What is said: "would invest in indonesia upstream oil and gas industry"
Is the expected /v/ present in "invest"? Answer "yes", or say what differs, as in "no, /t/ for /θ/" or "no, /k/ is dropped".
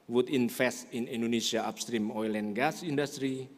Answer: no, /f/ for /v/